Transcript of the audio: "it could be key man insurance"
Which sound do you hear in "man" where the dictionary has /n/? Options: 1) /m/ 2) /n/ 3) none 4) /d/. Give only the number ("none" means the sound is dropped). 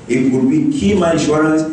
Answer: 3